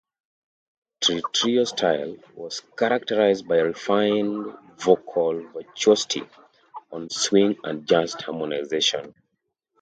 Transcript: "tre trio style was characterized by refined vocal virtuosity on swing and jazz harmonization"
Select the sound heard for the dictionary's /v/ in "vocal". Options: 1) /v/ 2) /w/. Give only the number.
1